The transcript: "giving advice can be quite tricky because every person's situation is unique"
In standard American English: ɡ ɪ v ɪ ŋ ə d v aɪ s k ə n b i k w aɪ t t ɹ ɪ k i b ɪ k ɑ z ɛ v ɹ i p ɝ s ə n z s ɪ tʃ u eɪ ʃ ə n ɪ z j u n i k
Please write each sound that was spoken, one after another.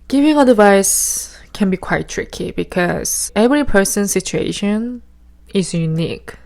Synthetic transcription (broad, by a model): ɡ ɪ v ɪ ŋ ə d v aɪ s k ə n b i k w aɪ t t ɹ ɪ k i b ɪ k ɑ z ɛ v ɹ i p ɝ s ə n s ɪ tʃ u eɪ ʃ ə n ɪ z j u n i k